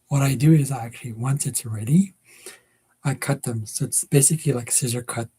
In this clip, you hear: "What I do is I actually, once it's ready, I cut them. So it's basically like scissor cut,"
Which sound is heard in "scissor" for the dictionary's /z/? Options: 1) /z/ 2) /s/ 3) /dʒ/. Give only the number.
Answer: 1